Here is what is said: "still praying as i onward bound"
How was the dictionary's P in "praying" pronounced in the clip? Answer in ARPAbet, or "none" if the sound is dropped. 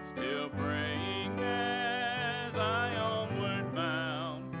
B